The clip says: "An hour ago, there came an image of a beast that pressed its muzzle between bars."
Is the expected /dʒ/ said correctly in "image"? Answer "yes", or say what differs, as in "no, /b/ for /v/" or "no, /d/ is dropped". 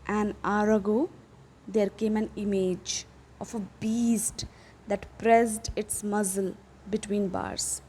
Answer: yes